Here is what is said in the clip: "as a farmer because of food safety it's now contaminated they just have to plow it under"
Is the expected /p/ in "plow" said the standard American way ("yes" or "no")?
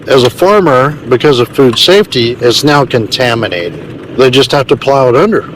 yes